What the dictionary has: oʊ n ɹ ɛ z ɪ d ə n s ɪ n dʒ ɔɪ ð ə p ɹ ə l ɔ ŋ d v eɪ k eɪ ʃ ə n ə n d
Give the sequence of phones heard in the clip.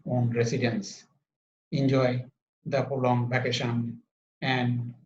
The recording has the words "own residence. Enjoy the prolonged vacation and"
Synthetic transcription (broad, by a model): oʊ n ɹ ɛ s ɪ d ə n s ɪ n dʒ ɔɪ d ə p ə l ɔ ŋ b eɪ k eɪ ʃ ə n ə n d